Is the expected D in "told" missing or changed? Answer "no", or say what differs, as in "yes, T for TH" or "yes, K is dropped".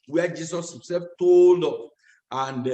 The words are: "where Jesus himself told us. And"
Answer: no